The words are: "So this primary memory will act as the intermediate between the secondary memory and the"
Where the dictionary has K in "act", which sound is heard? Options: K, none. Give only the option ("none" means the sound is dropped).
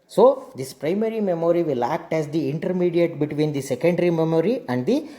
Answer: K